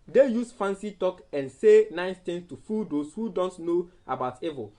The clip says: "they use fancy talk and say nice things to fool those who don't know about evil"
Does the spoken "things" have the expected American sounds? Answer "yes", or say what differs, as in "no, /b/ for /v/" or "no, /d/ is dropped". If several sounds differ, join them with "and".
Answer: no, /t/ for /θ/ and /s/ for /z/